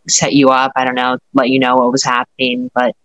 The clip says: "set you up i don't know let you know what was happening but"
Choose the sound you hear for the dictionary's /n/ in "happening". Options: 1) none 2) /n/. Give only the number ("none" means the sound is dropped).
2